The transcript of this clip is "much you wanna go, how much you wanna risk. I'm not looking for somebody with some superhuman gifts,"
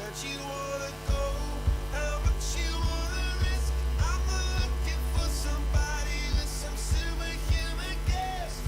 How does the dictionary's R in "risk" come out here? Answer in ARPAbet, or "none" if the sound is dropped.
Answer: R